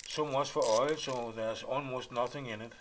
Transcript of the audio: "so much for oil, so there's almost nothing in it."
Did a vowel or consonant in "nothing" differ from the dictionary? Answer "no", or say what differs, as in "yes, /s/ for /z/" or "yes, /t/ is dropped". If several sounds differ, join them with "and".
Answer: no